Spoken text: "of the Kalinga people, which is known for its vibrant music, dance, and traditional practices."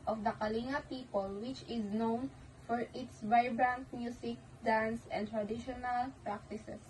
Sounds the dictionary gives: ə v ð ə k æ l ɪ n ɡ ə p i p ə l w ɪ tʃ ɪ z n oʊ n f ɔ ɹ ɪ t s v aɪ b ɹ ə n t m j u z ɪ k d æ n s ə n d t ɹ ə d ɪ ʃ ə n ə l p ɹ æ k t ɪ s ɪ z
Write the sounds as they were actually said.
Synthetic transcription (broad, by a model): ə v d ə k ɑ l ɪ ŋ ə p i p ə l w ɪ tʃ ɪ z n oʊ n f ɔ ɹ ɪ t s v aɪ b ɹ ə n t m j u s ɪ k d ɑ n s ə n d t ɹ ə d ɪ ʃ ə n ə l p ɹ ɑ k t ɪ s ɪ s